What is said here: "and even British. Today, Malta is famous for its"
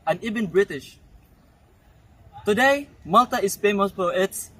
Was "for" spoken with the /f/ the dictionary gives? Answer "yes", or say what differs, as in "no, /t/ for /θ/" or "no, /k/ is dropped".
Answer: no, /p/ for /f/